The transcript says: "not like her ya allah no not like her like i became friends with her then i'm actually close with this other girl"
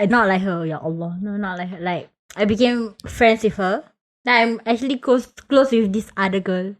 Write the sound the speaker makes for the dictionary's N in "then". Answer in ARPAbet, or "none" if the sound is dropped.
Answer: none